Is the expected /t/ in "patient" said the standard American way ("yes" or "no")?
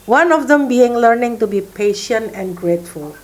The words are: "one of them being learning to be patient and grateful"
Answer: yes